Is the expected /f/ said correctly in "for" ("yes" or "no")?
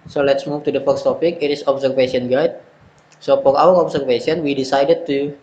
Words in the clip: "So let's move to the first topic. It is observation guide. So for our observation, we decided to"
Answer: no